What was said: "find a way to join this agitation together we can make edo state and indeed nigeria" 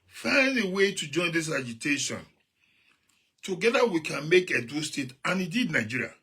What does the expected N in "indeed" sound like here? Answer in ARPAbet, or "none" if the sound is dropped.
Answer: none